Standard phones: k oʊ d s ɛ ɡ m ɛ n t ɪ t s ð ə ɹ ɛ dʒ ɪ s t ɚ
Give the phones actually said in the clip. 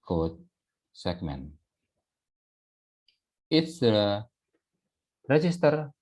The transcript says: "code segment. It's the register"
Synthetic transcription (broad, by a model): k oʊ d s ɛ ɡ m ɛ n ɪ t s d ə ɹ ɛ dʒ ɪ s t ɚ